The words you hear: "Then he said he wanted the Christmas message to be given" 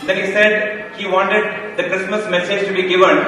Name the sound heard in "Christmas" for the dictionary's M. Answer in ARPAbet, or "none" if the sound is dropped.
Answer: M